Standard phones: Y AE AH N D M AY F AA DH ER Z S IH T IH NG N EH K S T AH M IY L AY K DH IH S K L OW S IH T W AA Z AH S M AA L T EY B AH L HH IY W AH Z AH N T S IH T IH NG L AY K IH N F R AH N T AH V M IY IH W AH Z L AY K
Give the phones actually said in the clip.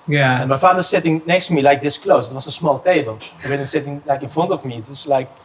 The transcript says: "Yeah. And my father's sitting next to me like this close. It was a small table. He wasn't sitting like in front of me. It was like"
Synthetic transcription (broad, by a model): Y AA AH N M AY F AA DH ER S IH T IH NG N EH K S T M IY L AY K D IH S K L OW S IH T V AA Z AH S M AA L T EY B AH L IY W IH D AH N S IH T IH NG L AY K IH N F AO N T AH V M IY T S L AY K